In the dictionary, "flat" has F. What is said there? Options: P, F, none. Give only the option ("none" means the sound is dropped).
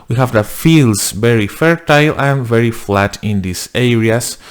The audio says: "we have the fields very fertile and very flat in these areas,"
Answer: F